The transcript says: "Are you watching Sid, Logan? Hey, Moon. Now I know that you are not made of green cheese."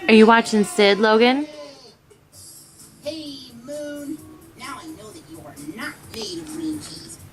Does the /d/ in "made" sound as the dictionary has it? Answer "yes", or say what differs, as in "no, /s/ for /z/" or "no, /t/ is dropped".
no, /d/ is dropped